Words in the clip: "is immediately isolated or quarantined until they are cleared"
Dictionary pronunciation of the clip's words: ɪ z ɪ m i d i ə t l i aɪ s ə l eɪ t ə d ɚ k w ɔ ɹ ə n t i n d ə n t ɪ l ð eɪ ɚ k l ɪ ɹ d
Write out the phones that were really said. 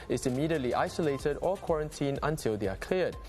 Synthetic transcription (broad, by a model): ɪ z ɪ m i d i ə t l i aɪ s ə l eɪ t ə d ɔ k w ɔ ɹ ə n t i n ə n t ɪ l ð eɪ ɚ k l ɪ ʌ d